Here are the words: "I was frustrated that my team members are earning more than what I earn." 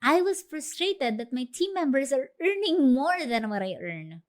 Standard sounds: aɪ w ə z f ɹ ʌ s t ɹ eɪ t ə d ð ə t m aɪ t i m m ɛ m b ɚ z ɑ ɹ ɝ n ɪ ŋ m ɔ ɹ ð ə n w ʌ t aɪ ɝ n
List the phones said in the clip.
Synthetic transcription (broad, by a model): aɪ w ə s f ɹ ʌ s t ɹ eɪ t ə d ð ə t m aɪ t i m m ɛ m b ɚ s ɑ ɹ ɝ n ɪ ŋ m ɔ ɹ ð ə n w ʌ t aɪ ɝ n